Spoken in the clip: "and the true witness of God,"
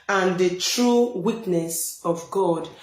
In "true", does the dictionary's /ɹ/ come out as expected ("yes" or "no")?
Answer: yes